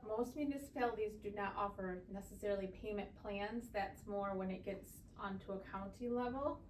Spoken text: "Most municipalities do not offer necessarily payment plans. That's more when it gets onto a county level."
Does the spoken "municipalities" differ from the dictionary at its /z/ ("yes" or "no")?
no